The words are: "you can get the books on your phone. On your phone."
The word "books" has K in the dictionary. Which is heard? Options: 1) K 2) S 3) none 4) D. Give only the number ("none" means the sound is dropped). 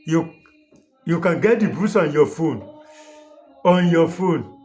3